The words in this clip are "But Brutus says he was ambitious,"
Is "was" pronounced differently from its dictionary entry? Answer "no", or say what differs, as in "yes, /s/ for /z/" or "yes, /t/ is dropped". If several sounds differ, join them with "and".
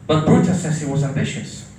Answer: no